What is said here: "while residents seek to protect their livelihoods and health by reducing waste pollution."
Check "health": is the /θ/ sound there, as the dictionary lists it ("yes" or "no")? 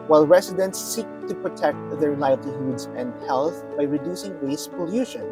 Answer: yes